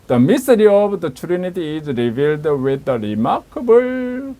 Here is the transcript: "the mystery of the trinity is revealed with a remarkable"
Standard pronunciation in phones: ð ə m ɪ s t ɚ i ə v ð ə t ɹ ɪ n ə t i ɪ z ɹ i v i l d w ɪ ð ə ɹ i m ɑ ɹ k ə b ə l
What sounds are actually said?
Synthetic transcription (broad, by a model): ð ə m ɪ s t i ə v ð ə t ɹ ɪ n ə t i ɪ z ɹ i v i l d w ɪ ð ə ɹ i m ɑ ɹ k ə b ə l